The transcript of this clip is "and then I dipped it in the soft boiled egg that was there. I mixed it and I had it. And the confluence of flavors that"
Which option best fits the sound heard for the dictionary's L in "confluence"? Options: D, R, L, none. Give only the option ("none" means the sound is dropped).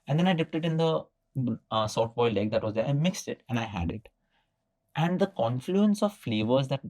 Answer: L